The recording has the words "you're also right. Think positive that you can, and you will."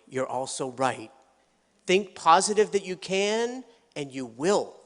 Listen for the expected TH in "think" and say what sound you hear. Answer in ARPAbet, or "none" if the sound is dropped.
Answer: TH